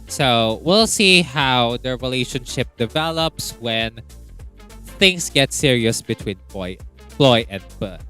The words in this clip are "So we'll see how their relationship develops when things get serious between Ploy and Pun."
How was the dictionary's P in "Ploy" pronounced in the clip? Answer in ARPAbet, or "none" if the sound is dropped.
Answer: F